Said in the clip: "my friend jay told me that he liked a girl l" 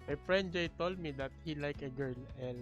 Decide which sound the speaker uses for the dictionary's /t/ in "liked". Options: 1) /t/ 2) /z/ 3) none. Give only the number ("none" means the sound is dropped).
3